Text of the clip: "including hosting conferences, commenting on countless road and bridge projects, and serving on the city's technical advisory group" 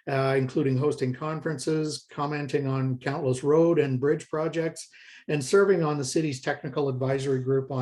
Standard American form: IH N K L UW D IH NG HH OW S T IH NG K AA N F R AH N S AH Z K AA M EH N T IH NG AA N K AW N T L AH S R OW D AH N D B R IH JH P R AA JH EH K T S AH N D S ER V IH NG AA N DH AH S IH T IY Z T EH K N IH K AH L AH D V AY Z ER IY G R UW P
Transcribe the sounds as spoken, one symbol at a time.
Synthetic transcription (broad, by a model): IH N K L UW D IH NG HH OW S T IH NG K AA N F R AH N S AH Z K AA M EH N T IH NG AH N K AW N T L AH S R OW D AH N B R IH JH P R AA JH EH K T S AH N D S ER V IH NG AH N DH AH S IH T IY Z T EH K N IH K L AH D V AY Z ER IY G R UW P